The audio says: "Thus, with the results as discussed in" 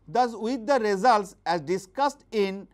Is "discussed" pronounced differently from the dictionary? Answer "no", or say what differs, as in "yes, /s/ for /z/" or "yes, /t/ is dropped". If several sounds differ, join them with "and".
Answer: no